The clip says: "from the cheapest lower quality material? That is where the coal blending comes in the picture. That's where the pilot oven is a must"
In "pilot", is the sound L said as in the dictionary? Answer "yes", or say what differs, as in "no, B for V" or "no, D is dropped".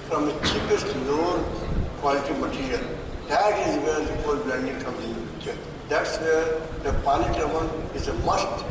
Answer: no, N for L